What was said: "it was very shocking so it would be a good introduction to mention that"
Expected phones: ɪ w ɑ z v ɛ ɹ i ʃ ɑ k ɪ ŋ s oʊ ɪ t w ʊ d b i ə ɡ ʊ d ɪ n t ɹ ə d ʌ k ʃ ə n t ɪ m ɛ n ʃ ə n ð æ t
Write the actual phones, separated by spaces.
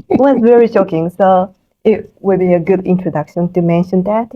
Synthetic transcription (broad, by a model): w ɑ s v ɛ ɹ i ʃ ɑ k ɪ ŋ s oʊ ɪ t w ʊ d b i ə ɡ ʊ d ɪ n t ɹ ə d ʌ k ʃ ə n t ɪ m ɛ n ʃ ə n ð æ t